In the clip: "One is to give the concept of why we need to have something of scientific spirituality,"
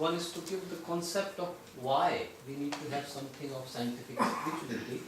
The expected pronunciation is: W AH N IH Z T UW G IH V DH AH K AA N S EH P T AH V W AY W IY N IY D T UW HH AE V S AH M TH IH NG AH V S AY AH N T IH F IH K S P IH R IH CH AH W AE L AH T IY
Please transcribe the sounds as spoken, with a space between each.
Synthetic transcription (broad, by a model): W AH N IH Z T UW G IH V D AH K AA N S EH P T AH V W AY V IY N IY D T UW HH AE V S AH M T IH NG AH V S AY AH N T IH F IH K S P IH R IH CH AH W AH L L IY